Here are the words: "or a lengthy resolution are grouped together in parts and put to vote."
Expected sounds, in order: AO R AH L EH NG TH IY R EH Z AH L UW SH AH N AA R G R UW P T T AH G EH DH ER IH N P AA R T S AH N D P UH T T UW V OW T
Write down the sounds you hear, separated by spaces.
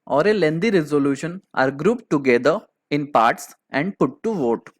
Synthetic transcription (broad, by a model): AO R AH L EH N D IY R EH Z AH L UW SH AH N AA R G R UW P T T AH G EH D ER IH N P AA R T S AH N D P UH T T UW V OW T